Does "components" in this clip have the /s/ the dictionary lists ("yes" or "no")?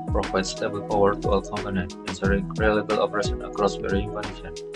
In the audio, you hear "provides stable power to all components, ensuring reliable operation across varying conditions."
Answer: no